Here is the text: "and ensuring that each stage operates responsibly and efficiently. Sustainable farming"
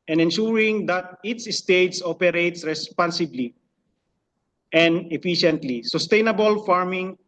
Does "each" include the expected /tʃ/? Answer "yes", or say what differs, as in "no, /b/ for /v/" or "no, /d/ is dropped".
no, /s/ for /tʃ/